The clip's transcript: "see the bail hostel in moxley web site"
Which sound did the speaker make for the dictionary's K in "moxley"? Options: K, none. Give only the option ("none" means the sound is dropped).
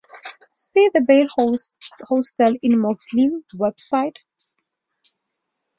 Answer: none